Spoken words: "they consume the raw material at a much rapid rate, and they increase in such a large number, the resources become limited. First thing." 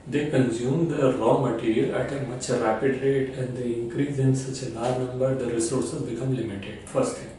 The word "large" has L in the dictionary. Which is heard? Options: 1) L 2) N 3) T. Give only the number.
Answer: 2